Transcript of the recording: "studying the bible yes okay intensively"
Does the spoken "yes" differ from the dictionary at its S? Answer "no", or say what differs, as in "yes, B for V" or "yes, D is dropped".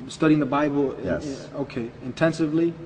yes, S is dropped